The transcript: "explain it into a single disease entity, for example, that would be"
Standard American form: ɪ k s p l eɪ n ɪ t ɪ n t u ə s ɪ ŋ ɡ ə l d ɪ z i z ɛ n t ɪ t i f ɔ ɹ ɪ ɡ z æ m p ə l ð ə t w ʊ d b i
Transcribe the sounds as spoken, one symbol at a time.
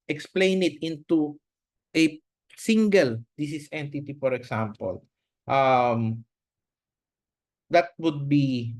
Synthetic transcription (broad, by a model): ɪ k s p l eɪ n ɪ t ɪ n t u ə s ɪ ŋ ɡ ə l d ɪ s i s ɛ n t ɪ t i f ɔ ɹ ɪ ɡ s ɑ m p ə l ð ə t w ʊ d b i